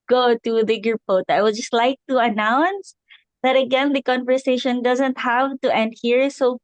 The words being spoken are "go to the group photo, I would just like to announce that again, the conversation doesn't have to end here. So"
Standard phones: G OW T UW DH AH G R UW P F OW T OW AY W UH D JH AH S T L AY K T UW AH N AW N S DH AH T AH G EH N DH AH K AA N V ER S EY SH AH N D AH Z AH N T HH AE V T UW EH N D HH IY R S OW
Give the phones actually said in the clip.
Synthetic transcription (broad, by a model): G OW T UW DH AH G UW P OW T AY W UH D JH AH S T L AY K T UW AH N AW N S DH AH T AH G EH N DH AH K AA N V ER S EY SH AH N D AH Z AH N T HH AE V T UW EH N D HH IY R S OW